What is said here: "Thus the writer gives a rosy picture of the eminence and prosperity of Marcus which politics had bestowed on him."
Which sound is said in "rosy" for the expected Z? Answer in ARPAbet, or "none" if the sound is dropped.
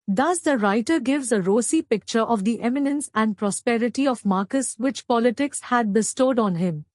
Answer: S